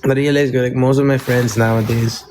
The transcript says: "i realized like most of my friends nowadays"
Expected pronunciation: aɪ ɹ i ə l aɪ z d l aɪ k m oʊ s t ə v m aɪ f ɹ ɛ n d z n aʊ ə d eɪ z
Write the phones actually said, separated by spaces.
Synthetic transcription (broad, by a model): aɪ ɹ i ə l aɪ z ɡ l aɪ k m oʊ s t ə v m aɪ f ɹ ɛ n d z n aʊ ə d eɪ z